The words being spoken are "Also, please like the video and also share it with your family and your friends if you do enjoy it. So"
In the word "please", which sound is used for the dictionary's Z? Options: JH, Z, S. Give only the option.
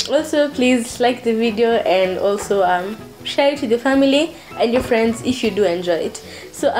Z